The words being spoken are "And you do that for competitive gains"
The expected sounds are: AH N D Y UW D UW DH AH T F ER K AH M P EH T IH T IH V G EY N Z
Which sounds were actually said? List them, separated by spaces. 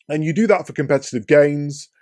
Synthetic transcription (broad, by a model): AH N Y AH D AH DH AH T F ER K AH M P EH T IH T IH V G EY N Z